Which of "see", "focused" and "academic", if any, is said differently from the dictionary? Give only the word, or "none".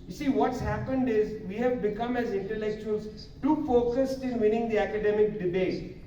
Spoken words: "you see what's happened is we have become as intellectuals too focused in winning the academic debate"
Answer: none